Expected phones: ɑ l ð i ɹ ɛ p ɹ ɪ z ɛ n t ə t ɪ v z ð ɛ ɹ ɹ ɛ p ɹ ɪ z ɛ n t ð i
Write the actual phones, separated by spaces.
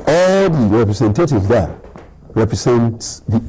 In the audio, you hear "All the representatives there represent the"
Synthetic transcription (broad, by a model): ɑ l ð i ɹ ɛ p ɹ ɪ s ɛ n t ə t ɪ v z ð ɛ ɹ ɹ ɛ p ɹ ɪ s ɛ n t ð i